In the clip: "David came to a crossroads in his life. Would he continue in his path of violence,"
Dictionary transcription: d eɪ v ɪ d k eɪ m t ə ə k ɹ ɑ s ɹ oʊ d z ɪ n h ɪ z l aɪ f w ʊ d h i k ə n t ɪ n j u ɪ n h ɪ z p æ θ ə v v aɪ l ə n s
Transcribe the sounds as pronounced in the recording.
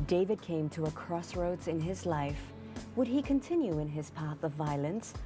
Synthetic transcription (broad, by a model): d eɪ v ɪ d k eɪ m t ə ə k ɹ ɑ s ɹ oʊ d ɪ n ɪ z l aɪ f w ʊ d i k ə n t ɪ n j u ɪ n ɪ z p æ θ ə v v aɪ l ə n s